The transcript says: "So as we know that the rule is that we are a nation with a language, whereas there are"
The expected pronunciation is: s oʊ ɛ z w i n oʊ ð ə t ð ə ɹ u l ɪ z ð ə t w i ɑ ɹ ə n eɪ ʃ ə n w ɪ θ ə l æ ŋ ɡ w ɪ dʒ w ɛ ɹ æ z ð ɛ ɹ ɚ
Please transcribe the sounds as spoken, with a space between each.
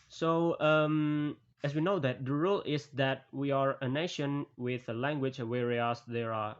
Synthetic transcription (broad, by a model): s oʊ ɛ s w i n oʊ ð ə t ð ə ɹ u l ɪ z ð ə t w i ɑ ɹ ə n eɪ ʃ ə n w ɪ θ ə l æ ŋ ɡ w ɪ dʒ w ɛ ɹ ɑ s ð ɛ ɹ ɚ